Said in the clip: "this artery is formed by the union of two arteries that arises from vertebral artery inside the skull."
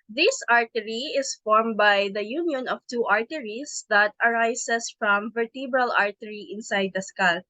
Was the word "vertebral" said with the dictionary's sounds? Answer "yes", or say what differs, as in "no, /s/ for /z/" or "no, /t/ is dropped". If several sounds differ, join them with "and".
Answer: yes